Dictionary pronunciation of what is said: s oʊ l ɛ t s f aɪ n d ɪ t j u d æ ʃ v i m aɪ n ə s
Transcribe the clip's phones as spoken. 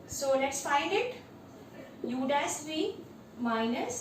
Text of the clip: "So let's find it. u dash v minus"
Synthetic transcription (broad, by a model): s oʊ l ɛ t s f aɪ n d ɪ t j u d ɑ s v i m aɪ n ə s